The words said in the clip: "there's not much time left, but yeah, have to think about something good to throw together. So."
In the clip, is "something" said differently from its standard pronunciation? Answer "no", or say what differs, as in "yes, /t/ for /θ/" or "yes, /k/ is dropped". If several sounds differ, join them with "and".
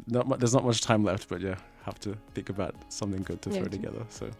no